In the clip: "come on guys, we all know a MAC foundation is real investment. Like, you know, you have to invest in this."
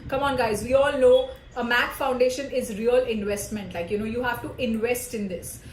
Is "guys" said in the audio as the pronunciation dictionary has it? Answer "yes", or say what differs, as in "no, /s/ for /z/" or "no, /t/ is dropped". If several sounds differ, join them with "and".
yes